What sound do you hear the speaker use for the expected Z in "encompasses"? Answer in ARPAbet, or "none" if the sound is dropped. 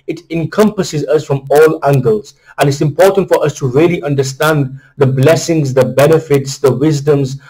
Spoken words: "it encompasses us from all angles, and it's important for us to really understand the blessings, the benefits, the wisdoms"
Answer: Z